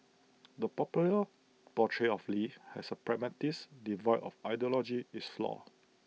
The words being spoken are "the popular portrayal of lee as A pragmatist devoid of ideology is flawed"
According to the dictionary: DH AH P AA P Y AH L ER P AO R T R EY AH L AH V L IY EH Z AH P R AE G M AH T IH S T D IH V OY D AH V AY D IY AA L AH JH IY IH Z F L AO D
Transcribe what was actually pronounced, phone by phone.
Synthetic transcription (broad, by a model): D AH P AA P Y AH L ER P AO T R EY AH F L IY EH S AH P R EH M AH T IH S D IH V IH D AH F AY D IY AA L AH JH IY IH S F L AO